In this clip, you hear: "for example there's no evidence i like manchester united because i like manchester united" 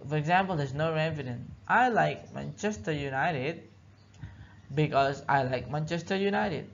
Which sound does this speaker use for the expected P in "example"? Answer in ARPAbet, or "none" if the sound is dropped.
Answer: P